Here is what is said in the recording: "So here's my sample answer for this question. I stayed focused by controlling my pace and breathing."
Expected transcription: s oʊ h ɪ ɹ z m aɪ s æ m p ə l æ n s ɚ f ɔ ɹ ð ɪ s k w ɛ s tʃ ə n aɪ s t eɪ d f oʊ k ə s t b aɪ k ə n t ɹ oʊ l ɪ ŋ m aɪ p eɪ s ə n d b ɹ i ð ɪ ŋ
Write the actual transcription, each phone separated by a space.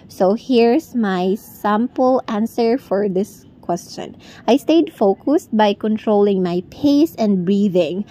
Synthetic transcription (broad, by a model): s oʊ h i ɹ s m aɪ s æ m p ə l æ n s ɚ f ɔ ɹ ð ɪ s k w ɛ s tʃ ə n aɪ s t eɪ d f oʊ k ə s t b aɪ k ə n t ɹ oʊ l ɪ ŋ m aɪ p eɪ s ə n d b ɹ i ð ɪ ŋ